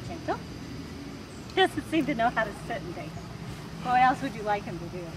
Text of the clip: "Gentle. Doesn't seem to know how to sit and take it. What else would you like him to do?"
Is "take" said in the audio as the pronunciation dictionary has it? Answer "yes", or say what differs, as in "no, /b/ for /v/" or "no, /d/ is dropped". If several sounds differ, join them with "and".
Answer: no, /k/ is dropped